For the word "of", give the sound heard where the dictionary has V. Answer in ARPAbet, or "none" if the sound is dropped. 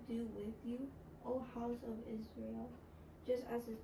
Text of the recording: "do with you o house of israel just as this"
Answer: V